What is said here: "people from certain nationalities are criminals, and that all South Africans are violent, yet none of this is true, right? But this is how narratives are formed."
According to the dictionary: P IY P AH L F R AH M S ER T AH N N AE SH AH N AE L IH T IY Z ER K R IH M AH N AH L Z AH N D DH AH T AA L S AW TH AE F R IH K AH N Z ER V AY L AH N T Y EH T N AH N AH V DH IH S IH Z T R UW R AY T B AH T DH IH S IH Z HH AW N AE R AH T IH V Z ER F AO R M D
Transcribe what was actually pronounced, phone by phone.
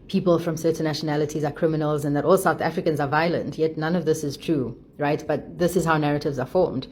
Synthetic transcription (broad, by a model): P IY P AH L F R AH M S ER T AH N N AE SH AH N AE L IH T IY Z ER K R IH M AH N AH L Z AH N DH AH T AA L S AW TH AE F R IH K AH N Z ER V AY L AH N T Y EH T N AH N AH V DH IH S IH Z T R UW R AY T B AH T DH IH S IH Z HH AW N AE R AH T IH V Z ER F AO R M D